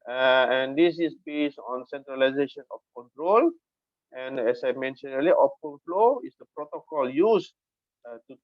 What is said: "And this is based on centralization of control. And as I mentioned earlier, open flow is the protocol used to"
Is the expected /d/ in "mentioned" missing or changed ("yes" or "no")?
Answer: yes